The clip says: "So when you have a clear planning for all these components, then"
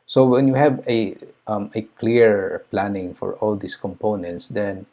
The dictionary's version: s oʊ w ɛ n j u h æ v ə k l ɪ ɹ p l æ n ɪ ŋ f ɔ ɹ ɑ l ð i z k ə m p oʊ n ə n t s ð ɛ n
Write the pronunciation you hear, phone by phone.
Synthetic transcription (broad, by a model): s oʊ w ɛ n j u h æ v ə k l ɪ ɹ p l æ n ɪ ŋ f ɔ ɹ ɑ l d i s k ə m p oʊ n ə n t s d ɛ n